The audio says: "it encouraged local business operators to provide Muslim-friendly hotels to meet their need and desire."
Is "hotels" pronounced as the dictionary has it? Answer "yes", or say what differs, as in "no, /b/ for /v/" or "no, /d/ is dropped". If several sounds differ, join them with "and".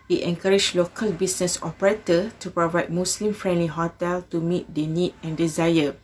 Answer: no, /z/ is dropped